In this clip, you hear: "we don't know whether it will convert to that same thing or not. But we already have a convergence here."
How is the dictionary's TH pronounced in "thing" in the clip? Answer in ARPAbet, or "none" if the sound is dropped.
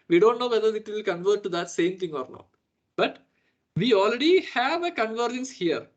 T